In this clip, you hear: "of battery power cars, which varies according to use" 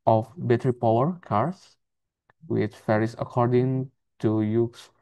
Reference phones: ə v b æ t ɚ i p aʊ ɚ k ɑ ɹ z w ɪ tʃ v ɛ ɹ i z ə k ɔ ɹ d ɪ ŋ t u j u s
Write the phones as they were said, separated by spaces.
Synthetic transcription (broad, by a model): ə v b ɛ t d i p aʊ ɚ k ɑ ɹ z w ɪ tʃ f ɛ ɹ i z ə k ɔ ɹ d ɪ ŋ t u j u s